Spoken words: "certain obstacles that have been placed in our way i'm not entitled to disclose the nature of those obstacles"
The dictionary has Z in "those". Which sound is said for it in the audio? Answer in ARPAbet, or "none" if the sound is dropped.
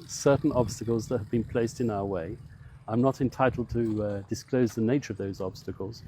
Z